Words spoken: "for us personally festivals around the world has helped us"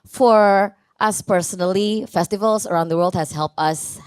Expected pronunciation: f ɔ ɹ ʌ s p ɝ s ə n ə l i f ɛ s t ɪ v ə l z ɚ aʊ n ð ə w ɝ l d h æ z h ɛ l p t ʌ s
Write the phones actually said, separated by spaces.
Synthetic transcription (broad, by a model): f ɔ ɹ ʌ s p ɝ s ə n ə l i f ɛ s t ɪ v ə l s ɚ aʊ n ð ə w ɝ l d h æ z h ɛ l p t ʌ s